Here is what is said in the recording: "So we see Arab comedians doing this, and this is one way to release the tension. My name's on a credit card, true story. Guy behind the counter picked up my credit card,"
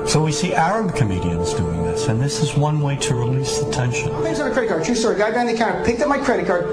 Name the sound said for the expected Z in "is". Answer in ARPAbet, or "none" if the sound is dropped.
Z